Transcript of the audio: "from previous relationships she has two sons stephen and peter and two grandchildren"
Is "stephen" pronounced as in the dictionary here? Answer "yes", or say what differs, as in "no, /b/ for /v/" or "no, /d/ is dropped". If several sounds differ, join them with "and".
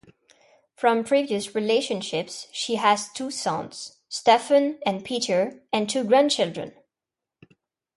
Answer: no, /f/ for /v/